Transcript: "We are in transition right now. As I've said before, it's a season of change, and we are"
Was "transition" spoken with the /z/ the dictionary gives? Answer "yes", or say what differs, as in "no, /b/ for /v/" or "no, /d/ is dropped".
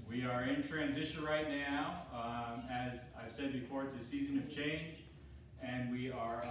yes